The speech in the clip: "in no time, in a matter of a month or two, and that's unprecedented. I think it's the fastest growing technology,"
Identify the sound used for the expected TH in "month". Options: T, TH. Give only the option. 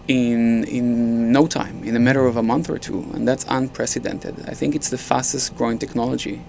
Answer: TH